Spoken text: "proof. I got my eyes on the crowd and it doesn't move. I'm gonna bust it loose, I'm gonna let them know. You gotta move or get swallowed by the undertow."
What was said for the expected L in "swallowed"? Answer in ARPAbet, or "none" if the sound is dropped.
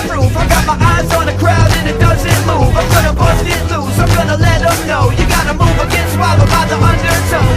none